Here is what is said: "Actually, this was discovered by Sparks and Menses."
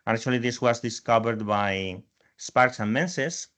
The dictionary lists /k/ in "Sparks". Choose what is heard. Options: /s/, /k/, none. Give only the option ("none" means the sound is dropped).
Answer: /k/